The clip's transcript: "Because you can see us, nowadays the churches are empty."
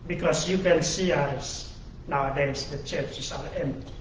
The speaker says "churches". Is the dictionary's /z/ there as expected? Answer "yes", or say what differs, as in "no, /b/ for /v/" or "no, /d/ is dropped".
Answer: no, /s/ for /z/